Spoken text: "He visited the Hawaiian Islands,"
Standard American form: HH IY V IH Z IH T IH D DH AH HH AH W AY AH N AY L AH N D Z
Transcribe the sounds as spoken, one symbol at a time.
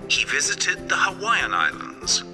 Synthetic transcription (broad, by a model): HH IY V IH Z IH T IH D DH AH HH AH W AY AH N AY L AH N D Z